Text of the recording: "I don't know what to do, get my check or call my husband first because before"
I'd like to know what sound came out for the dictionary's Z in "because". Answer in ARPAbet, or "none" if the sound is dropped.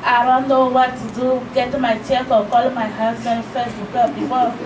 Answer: none